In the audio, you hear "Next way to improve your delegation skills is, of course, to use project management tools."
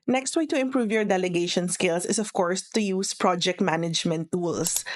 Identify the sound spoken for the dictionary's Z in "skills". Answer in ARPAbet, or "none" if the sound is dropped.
S